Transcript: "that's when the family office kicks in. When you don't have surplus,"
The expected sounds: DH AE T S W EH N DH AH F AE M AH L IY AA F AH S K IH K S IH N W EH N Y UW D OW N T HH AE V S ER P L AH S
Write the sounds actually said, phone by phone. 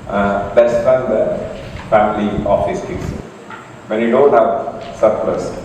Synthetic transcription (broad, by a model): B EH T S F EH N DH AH F AE M AH L IY AA F AH S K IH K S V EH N Y UW D OW N T HH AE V S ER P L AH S